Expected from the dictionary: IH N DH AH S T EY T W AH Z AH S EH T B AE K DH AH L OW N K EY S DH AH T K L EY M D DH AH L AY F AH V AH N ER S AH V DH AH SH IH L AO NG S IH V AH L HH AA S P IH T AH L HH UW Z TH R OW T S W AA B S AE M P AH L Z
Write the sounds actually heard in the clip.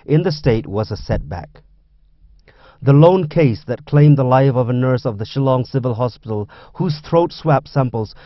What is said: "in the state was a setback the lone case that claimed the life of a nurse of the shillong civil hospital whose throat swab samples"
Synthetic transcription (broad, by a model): IH N DH AH S T EY T W AH Z AH S EH T B AE K DH AH L OW N K EY S DH AH T K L EY M DH AH L AY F AH V AH N ER S AH V DH AH SH IH L AO NG S IH V AH L HH AA S P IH T L HH UW Z TH R OW T S W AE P S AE M P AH L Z